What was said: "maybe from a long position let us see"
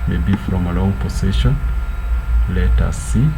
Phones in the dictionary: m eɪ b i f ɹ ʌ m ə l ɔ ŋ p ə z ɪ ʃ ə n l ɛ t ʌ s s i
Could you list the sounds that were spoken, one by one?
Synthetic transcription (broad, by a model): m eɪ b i f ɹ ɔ m ə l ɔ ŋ p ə s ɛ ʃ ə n l ɛ t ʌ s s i